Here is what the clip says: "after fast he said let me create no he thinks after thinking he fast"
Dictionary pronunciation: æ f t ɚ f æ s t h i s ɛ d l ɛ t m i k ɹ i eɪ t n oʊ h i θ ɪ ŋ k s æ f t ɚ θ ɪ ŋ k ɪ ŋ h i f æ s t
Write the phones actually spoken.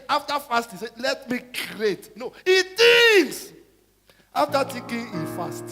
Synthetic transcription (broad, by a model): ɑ f t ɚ f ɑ s t h i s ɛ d l ɛ t m i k i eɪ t n oʊ h i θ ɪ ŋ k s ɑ f t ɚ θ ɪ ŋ k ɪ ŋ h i f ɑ s t